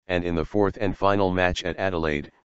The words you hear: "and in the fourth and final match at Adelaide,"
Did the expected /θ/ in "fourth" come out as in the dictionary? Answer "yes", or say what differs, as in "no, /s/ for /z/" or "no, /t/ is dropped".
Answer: yes